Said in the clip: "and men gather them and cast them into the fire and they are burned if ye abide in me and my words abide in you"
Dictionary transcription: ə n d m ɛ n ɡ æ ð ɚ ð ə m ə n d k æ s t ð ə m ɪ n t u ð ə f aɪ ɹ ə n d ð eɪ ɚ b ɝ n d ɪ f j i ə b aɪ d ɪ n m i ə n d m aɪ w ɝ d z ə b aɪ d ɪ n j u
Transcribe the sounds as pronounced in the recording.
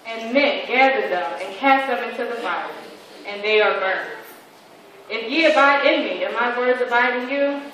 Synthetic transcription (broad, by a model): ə n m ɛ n ɡ æ ð ɚ ð ə m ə n k æ s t ð ə m ɪ n t u ð ə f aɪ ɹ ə n ð eɪ ɚ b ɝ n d ɪ f j i ə b aɪ d ɪ n m i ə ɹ m aɪ w ɝ d z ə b aɪ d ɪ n j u